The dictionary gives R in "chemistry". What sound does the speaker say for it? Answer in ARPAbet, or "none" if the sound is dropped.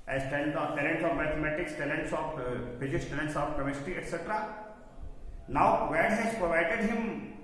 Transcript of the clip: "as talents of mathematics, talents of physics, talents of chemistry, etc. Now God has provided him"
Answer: none